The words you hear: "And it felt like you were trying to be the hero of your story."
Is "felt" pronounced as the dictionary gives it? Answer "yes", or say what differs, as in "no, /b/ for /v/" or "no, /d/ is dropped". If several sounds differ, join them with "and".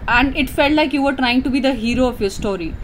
yes